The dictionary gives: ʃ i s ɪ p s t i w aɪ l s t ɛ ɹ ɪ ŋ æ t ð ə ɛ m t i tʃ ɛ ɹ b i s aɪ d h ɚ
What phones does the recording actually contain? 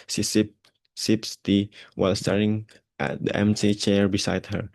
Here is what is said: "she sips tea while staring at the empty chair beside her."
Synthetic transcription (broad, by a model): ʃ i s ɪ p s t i w aɪ l s t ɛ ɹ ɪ ŋ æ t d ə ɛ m s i tʃ ɛ ɹ b i s aɪ d h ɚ